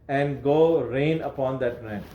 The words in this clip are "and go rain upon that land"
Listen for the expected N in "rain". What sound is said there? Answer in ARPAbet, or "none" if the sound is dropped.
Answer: N